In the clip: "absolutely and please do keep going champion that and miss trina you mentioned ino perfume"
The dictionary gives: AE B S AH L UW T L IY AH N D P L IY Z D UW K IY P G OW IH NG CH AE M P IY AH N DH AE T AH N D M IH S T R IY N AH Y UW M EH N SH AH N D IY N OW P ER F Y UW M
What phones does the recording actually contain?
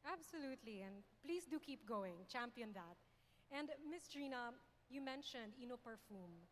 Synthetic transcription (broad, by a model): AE B S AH L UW T L IY AH N D P L IY S D UW K IY P G OW IH NG CH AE M P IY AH N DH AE T AH N D M IH S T R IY N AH Y UW M EH N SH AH N D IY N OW P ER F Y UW M